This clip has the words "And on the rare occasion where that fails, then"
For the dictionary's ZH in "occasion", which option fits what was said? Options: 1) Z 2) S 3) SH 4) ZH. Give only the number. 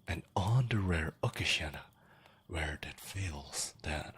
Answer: 3